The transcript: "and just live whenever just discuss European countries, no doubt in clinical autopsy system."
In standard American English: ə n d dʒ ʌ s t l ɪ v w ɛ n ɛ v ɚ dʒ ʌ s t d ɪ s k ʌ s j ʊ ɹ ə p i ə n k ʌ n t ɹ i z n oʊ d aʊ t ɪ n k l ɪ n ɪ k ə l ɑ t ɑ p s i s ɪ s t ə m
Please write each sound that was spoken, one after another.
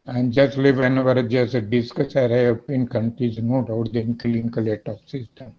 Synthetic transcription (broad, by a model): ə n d dʒ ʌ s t l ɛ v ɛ n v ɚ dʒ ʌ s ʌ d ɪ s k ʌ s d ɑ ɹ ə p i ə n k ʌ n t ɹ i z n oʊ d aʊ t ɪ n k ɪ l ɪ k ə l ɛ t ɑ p s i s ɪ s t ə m